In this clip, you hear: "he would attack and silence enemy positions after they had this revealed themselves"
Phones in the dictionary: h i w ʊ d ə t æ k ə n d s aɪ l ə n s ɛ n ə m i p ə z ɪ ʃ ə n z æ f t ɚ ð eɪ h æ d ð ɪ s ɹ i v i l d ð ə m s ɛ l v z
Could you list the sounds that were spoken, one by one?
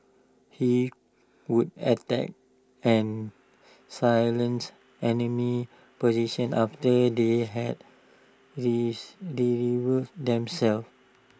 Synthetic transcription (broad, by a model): h i w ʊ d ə t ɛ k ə n s aɪ l ə n s ɛ n ə m i p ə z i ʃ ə n ɑ f t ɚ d eɪ h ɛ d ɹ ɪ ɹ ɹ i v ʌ d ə m s ɛ l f